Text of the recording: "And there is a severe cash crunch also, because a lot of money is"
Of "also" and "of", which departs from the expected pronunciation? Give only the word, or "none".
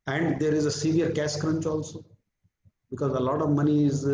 none